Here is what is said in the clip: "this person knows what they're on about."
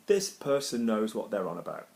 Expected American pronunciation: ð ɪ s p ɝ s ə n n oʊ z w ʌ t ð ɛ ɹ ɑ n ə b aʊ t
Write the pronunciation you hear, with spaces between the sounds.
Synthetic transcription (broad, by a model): ð ɪ s p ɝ s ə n n oʊ z w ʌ t ð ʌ ɹ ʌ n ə b aʊ t